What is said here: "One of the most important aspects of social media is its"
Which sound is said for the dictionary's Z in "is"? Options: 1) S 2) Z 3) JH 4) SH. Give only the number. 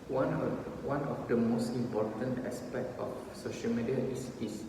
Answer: 1